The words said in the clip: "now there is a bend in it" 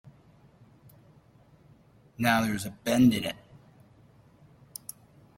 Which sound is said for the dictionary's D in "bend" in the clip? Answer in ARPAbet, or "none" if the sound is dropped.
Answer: D